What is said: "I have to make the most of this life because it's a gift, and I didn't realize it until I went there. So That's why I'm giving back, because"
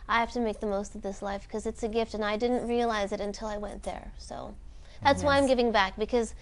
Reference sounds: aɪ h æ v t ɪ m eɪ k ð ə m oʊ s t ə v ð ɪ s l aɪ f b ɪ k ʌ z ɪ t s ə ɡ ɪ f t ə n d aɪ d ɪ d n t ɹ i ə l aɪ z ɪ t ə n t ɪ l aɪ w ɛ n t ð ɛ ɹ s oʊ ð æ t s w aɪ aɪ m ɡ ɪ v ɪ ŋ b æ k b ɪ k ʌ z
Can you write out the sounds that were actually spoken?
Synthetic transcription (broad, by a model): aɪ h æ f t ɪ m eɪ k ð ə m oʊ s t ə v ð ɪ s l aɪ f k ʌ z ɪ t s ə ɡ ɪ f t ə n aɪ d ɪ d n t ɹ i ə l aɪ z ɪ t ə n t ɪ l aɪ w ɛ n ð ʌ ɹ s oʊ ð æ t s w aɪ aɪ m ɡ ɪ v ɪ ŋ b æ k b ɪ k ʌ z